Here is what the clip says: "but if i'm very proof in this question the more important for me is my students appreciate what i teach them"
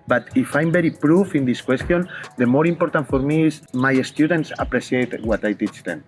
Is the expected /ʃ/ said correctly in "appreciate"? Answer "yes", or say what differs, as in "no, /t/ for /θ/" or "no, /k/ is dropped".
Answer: no, /s/ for /ʃ/